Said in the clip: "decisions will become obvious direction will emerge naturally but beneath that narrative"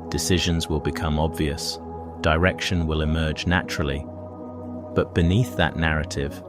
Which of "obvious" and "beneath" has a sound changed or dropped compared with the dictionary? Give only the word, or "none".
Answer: none